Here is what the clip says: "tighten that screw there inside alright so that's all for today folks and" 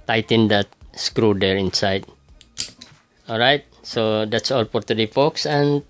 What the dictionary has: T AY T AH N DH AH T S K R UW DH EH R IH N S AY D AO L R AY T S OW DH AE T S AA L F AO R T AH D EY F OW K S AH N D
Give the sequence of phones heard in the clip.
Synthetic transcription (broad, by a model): T AY T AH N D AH T S K R UW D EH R IH N S AY D AO L R AY T S OW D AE T S AA L P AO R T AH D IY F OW K S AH N